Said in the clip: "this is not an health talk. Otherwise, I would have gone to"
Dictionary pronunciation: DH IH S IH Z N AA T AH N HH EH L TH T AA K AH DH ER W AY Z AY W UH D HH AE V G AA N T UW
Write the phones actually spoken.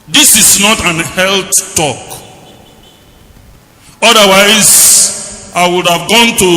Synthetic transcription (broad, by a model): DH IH S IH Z N AA T AH N HH EH L T T AA K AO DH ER W AY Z AY W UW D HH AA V G AA N T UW